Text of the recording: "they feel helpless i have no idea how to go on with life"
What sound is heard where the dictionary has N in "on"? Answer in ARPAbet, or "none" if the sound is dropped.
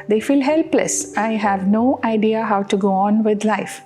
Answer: N